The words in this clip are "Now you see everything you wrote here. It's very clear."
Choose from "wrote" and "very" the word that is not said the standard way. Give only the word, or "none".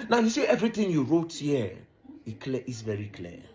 none